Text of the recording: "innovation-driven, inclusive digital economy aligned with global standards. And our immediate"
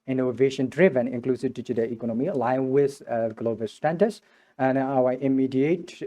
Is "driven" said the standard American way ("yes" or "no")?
yes